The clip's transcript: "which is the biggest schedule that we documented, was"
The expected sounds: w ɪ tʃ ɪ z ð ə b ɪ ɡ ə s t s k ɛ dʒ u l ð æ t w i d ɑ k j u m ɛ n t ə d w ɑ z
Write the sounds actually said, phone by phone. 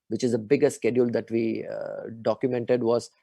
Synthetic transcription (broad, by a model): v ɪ tʃ ɪ z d ə b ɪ ɡ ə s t s k ɛ dʒ u l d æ t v i d ɑ k j u m ɛ n t ə d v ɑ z